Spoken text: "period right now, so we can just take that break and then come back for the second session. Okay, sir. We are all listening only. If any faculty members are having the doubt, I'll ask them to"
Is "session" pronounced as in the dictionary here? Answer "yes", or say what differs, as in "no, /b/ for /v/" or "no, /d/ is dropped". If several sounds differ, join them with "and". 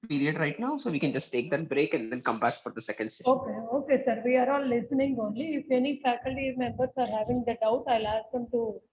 no, /n/ is dropped